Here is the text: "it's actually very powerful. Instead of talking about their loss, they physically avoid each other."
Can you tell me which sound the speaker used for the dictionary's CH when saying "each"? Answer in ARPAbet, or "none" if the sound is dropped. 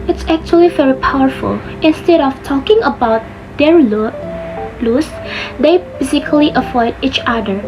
CH